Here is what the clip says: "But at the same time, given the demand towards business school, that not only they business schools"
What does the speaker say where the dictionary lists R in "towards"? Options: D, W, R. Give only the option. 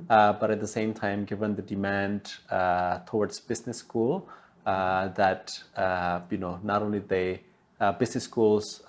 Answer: W